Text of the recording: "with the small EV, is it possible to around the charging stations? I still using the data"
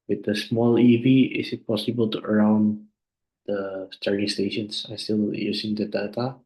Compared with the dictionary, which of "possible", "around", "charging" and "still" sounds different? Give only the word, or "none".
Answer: charging